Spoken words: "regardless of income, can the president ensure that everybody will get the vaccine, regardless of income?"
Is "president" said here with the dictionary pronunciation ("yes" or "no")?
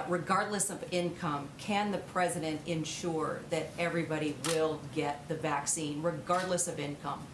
yes